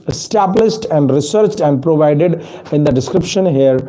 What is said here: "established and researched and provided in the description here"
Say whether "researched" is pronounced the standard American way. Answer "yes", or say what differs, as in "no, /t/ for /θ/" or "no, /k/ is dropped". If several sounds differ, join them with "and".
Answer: yes